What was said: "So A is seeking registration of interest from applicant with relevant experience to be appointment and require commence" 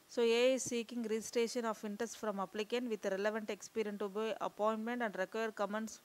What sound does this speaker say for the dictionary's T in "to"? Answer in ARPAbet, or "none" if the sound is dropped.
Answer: T